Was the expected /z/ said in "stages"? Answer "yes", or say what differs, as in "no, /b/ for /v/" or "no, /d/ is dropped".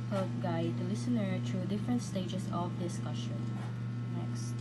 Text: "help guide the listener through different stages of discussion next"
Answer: no, /s/ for /z/